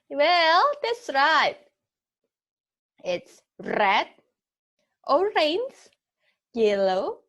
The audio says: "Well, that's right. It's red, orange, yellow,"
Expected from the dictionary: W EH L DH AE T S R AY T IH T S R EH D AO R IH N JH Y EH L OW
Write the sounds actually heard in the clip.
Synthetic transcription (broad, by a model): W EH L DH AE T S R AY T IH T S R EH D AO R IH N Z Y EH L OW